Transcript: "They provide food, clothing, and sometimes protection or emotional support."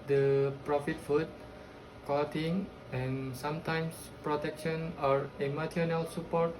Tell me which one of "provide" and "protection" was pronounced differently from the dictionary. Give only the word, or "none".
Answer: provide